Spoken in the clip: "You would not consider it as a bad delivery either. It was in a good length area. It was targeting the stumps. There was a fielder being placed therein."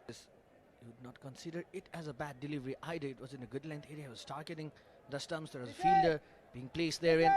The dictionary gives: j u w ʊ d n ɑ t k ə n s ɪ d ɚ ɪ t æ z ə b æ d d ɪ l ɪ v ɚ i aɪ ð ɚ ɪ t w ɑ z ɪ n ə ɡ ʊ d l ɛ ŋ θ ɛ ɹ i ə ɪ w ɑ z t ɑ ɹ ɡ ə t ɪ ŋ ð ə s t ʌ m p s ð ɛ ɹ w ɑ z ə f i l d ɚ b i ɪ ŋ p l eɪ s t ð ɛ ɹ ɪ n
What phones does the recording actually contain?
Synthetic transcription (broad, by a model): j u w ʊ d n ɑ t k ə n s ɪ d ɚ ɪ t æ z ə b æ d d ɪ l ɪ v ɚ i aɪ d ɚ ɪ t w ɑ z ɪ n ə ɡ ʊ d l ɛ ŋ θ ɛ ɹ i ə ɪ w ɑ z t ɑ ɹ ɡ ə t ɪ ŋ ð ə s t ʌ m s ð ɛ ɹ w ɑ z ə f i l d ɚ b i ɪ ŋ p l eɪ s t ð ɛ ɹ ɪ n